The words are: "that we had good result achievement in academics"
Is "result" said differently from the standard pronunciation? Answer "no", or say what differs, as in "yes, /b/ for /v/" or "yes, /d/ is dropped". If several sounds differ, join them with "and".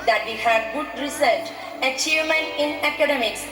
yes, /s/ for /z/